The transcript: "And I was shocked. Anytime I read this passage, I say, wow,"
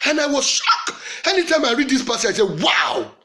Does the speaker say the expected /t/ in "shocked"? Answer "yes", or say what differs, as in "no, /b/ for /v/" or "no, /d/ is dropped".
no, /t/ is dropped